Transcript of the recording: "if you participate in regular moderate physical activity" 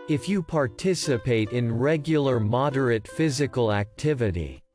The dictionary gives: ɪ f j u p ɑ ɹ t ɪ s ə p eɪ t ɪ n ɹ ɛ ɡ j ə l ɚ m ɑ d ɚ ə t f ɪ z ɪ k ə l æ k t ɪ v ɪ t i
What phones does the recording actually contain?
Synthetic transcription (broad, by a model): ɪ f j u p ɑ ɹ t ɪ s ə p eɪ t ɪ n ɹ ɛ ɡ j l ɚ m ɑ d ɚ ə t f ɪ z ɪ k ə l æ k t ɪ v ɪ t i